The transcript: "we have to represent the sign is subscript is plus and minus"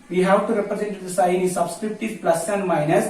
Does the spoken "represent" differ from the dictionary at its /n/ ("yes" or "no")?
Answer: no